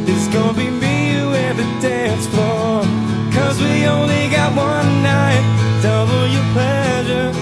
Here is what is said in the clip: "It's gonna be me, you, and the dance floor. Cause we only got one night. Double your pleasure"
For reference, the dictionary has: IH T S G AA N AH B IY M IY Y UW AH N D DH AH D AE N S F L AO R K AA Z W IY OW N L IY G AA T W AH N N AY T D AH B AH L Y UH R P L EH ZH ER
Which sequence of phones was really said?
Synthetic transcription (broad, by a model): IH T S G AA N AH B IY M IY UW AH DH AH D AE N S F AO K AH Z W IY OW N L IY G AA T W AH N N AY T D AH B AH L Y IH P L EH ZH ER